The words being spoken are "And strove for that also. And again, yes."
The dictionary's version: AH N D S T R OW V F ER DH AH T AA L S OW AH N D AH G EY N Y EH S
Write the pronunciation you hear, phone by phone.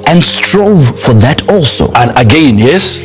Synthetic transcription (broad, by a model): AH N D S T R OW V F ER DH AH T AA L S OW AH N AH G EY N Y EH S